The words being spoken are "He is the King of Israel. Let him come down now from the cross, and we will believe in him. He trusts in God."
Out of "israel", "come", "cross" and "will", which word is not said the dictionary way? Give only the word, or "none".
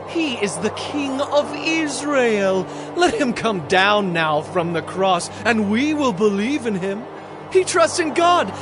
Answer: none